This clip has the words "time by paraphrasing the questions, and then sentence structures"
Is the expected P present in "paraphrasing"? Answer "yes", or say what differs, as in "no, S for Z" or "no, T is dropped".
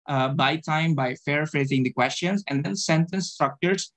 no, F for P